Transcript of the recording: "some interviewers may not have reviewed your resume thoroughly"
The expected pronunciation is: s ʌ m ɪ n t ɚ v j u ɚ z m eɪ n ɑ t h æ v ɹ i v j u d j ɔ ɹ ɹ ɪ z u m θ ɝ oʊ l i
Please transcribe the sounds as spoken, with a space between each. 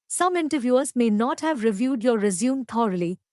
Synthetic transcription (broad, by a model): s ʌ m ɪ n t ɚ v j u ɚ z m eɪ n ɑ t h æ v ɹ i v j u d j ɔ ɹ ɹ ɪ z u m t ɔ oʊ l i